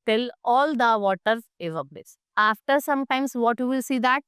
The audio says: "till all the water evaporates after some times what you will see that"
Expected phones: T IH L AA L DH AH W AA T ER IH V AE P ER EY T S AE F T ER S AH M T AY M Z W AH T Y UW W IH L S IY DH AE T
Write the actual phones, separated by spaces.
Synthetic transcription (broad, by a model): T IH L AA L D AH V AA T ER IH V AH B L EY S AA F T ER S AH M T AY M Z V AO T Y UW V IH L S IY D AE T